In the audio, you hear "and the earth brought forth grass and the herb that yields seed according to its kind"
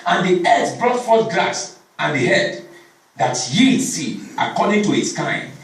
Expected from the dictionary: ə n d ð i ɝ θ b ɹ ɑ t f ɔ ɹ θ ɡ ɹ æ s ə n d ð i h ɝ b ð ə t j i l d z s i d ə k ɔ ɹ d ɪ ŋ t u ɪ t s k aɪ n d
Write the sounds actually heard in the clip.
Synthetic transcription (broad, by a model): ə n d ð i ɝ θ b ɹ ɑ t f ɔ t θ ɡ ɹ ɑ s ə n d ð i h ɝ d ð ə t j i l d s i ə k ɔ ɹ d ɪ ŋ t u ɪ t s k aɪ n